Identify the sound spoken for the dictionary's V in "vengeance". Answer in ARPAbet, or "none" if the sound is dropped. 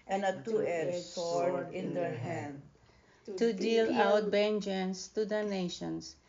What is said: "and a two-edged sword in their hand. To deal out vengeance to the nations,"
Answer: B